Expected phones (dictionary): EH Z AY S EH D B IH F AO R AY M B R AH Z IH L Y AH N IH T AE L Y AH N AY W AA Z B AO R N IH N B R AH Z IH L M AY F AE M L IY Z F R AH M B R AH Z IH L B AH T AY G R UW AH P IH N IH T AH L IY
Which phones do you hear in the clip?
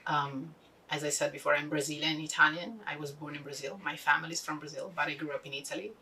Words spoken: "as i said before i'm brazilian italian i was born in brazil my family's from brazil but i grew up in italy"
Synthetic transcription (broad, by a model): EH Z AY S EH D B IH F AO R AY M B R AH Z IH L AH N IH T AE L Y AH N AY W AA Z B AO R N IH N B R AH Z IH L M AY F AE M L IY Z F R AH M B R AH Z IH L B AH T AY G R UW AH P IH N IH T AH L IY